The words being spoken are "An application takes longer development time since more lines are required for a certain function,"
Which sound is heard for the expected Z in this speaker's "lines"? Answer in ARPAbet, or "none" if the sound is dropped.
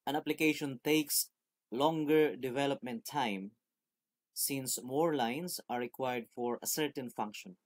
S